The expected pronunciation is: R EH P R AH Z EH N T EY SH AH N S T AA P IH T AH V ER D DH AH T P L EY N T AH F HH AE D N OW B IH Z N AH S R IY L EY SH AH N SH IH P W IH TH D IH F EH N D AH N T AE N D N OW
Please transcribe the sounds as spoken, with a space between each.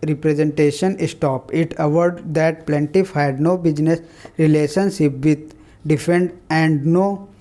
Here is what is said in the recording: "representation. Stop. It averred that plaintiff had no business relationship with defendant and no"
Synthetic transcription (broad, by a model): R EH P R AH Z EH N T EY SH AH N S T AA P IH T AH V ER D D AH T P L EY N T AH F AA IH D N OW B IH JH N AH S R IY L EY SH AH N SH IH P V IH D D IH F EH N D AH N N D N OW